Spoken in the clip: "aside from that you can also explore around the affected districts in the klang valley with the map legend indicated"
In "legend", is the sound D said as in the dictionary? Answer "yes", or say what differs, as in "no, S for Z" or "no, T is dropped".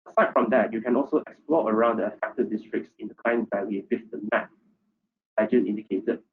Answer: no, D is dropped